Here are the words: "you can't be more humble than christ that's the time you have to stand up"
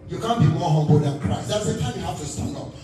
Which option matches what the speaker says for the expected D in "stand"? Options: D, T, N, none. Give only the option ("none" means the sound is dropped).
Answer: none